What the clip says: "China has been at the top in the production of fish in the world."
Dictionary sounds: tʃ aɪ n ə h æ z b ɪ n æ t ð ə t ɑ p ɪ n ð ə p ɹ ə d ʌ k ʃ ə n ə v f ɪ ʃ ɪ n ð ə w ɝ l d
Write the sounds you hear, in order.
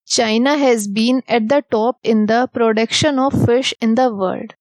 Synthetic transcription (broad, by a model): tʃ aɪ n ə h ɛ z b ɪ n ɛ t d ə t ɑ p ɪ n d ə p ɹ ə d ʌ k ʃ ə n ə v f ɪ ʃ ɪ n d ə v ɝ l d